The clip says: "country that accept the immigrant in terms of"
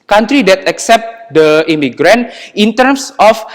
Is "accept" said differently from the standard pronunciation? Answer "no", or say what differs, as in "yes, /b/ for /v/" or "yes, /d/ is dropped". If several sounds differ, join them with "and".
no